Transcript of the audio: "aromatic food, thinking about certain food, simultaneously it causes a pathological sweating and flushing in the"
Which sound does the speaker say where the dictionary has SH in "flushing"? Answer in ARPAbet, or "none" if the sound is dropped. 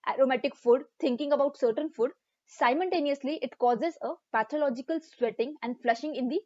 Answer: SH